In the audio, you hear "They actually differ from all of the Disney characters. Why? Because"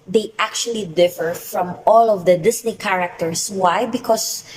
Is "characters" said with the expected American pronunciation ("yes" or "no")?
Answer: no